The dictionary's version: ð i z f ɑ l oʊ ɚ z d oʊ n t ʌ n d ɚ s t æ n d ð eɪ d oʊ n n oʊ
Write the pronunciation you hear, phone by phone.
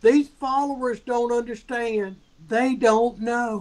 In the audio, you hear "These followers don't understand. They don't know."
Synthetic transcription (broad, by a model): ð i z f ɑ l oʊ ɚ z d oʊ n t ʌ n d ɚ s t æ n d ð eɪ d oʊ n n oʊ